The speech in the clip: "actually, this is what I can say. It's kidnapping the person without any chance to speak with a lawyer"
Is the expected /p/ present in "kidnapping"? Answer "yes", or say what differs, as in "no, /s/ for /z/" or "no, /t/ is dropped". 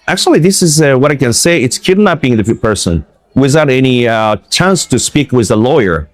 no, /b/ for /p/